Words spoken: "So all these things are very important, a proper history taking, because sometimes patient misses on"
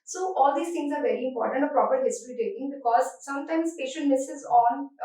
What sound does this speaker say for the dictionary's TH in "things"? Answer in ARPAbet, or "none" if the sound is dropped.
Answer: T